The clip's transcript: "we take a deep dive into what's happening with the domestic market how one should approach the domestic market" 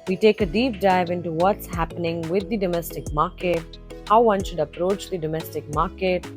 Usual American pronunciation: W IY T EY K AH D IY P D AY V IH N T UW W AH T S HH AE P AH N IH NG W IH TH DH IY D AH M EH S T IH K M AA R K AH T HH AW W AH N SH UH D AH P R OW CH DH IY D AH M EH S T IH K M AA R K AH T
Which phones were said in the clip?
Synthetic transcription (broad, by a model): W IY T EY K AH D IY P D AY V IH N T UW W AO T S HH AE P AH N IH NG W IH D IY D AH M EH S T IH K M AA R K AH T HH AW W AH N SH UH D AH P R OW CH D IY D AH M EH S T IH K M AA R K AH T